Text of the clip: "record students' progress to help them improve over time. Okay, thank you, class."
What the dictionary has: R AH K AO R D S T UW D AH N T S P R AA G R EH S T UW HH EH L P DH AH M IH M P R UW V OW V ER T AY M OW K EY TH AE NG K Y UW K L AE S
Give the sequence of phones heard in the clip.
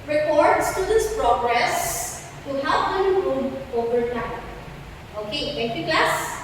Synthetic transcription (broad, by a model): R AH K AO R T S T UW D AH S P R AA G R EH S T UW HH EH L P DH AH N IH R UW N OW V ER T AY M OW K EY T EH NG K Y UW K L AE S